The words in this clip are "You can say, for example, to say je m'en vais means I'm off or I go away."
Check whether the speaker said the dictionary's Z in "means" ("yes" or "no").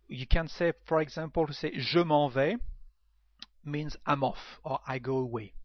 yes